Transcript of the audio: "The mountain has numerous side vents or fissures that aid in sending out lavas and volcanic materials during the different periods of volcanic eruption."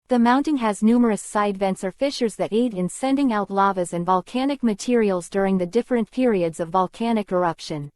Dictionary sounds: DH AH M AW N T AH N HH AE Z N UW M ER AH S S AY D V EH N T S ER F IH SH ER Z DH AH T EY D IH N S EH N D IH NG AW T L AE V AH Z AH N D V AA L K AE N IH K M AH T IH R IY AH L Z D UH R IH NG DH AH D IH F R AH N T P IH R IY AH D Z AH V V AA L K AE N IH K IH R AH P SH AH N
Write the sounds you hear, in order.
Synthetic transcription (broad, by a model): DH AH M AW N T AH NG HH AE Z N UW M ER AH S S AY D V EH N T S ER F IH SH ER Z DH AH T EY D IH N S EH N D IH NG AW T L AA V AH Z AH N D V AA L K AE N IH K M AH T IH R IY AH L Z D UH R IH NG DH AH D IH F R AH N P IH R IY AH D Z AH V V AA L K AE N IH K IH R AH P SH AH N